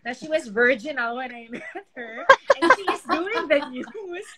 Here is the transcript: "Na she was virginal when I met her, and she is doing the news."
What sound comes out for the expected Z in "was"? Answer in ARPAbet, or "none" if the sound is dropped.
Z